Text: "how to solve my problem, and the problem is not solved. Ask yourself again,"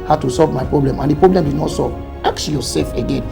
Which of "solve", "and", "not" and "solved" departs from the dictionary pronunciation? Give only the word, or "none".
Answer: solved